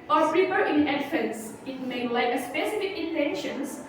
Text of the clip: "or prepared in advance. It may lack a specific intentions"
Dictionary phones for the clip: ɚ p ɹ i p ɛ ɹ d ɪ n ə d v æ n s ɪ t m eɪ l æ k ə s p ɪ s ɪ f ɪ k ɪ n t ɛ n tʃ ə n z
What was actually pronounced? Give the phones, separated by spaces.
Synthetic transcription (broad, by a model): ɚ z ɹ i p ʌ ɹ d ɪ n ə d f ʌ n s ɪ t m eɪ l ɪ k ə s p ɪ s ɪ f ɪ k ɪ n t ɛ n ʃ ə n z